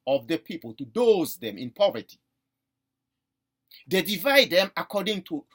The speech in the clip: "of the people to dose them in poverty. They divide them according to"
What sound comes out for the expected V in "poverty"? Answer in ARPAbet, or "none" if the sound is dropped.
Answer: V